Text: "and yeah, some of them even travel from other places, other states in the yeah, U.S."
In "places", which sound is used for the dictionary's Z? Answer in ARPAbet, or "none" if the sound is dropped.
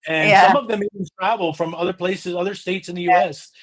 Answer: Z